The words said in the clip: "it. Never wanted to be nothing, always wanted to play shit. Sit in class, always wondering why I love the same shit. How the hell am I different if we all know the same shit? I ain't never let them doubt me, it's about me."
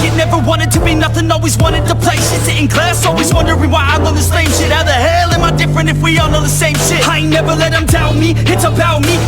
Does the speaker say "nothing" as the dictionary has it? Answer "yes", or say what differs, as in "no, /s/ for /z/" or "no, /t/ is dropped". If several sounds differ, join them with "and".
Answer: yes